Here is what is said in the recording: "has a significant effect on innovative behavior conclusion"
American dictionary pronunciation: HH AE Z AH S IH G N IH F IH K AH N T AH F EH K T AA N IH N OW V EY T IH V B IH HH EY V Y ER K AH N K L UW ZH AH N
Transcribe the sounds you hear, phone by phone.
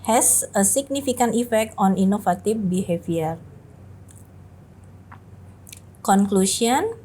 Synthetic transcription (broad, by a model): HH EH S AH S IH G N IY F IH K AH N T AH F EH K T AA N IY N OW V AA T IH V B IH HH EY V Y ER K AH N K L UW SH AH N